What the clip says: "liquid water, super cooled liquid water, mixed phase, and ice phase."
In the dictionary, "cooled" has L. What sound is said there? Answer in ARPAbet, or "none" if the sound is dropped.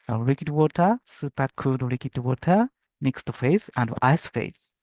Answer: none